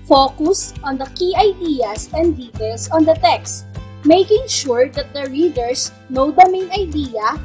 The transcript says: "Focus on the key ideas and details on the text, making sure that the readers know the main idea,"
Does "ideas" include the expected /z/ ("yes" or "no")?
no